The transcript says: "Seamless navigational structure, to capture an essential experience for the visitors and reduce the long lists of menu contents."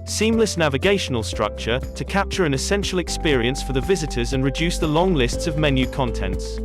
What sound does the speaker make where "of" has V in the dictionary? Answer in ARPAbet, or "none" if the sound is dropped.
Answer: V